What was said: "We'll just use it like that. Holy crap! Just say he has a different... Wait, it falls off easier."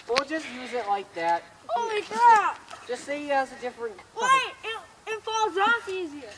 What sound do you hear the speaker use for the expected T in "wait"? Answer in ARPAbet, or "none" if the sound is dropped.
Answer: none